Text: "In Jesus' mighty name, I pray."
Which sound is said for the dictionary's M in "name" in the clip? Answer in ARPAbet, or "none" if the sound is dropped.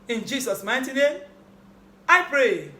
none